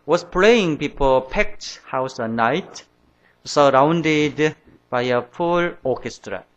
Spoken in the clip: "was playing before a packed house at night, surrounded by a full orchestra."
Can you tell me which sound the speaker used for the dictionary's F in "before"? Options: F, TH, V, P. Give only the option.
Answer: P